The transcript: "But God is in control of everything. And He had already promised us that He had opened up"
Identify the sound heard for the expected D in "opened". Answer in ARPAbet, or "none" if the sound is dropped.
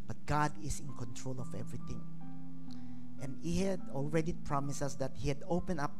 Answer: none